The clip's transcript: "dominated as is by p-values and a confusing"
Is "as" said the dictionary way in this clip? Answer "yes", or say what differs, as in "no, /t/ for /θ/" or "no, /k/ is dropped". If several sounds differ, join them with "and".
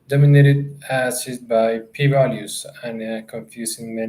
no, /s/ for /z/